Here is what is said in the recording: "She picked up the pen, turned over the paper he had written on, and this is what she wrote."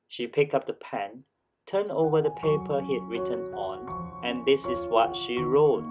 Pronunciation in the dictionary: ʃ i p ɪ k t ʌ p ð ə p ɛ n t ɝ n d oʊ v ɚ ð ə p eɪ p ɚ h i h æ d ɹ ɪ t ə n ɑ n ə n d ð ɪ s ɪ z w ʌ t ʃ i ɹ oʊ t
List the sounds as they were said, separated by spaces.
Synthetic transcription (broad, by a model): ʃ i p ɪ k ʌ p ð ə p ɛ n t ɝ n oʊ v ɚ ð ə p eɪ p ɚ h i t ɹ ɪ t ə n ɑ n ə n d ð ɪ s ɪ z w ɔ t ʃ i ɹ oʊ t